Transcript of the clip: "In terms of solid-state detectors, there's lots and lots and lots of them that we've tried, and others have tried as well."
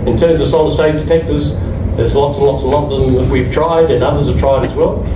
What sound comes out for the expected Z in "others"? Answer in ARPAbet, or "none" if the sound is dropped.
Z